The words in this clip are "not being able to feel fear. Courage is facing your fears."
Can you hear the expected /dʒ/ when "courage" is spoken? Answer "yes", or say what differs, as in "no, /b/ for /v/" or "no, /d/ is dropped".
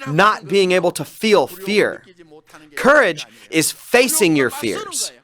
yes